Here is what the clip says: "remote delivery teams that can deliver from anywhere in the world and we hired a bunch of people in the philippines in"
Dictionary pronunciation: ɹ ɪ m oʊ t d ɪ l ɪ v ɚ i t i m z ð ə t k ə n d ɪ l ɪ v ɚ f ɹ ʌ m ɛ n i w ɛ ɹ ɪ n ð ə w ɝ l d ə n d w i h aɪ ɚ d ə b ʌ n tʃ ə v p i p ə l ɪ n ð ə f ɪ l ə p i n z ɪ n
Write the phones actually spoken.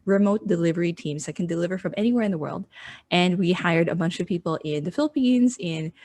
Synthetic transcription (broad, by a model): ɹ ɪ m oʊ t d ɪ l ɪ v ɚ i t i m z ð ə t k n d ɪ l ɪ v ɚ f ɹ ʌ m ɛ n i w ɛ ɹ ɪ n ð ə w ɝ l d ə n w i h aɪ ɚ d ə b ʌ n tʃ ə v p i p l ɪ n ð ə f ɪ l ə p i n z ɪ n